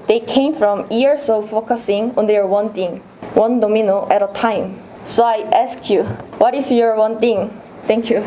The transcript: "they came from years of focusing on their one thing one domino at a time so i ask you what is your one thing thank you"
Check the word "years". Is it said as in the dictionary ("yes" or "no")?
no